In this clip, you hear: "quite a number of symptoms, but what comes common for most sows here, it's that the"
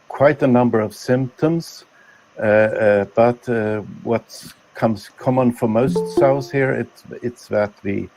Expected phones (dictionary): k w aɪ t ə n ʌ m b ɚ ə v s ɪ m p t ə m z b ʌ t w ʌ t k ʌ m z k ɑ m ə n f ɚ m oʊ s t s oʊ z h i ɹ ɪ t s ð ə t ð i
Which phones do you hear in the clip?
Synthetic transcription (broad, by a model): k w aɪ t ə n ʌ m b ɚ ə v s ɪ m p t ə m z b ʌ t w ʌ t k ʌ m z k ɑ m ə n f ɚ m oʊ s t s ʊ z h i ɹ ɪ t s ð ə t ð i